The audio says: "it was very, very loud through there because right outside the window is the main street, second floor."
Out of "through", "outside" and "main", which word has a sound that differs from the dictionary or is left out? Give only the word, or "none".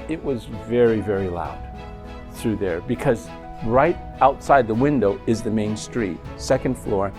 none